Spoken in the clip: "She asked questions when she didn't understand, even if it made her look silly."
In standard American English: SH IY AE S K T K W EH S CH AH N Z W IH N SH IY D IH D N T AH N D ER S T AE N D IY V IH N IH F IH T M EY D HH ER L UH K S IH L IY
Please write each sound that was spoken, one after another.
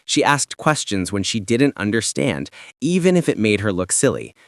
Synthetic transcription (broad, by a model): SH IY AE S K T K W EH S CH AH N Z W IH N SH IY D IH D N T AH N D ER S T AE N D IY V IH N IH F IH T M EY D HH ER L UH K S IH L IY